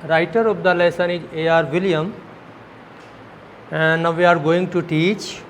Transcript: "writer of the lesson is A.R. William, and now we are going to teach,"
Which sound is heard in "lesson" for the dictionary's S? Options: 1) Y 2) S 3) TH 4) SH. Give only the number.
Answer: 2